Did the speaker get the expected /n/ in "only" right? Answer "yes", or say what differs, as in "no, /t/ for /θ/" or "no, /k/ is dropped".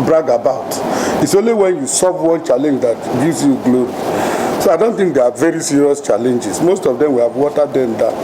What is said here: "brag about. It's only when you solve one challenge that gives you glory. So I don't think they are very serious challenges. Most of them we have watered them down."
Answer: yes